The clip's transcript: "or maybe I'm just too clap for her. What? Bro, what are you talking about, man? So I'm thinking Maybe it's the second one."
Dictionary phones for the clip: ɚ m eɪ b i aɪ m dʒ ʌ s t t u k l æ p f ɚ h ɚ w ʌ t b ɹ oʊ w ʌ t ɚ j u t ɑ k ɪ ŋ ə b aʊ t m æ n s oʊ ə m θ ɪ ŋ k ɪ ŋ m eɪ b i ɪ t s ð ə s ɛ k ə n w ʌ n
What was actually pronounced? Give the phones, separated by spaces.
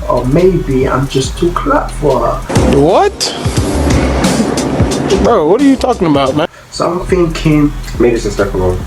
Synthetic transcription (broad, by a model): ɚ m eɪ b i aɪ m dʒ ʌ s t t u k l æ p f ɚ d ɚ w ʌ t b oʊ w ʌ t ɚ j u t ɑ k ɪ ŋ ə b aʊ t m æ s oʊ ə m θ ɪ ŋ k ɪ ŋ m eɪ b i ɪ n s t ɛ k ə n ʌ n